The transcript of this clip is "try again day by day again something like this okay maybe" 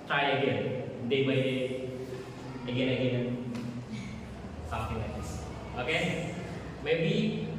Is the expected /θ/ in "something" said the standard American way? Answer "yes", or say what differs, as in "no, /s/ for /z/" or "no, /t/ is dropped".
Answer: no, /t/ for /θ/